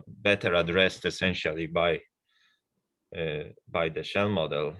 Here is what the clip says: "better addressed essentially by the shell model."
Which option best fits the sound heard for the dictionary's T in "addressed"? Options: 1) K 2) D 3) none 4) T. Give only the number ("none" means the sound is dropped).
4